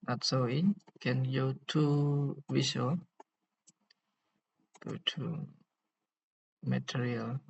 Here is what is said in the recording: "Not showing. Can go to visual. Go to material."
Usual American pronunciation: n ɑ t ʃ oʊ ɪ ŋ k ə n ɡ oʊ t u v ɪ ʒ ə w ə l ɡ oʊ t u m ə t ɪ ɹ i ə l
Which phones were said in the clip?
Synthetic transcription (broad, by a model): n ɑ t s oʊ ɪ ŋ k ə n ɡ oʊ t u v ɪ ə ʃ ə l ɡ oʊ t u m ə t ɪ ɹ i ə l